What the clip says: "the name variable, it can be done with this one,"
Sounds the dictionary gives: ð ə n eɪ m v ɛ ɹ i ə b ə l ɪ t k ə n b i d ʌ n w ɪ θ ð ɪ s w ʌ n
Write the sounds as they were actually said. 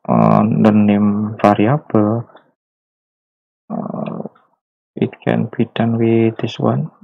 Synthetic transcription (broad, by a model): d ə n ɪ m f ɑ ɹ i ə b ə l ɪ t k ə n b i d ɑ n w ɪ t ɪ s w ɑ n